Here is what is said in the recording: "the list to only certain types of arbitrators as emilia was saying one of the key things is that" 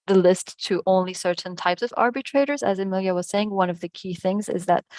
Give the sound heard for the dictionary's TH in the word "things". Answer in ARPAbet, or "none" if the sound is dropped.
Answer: TH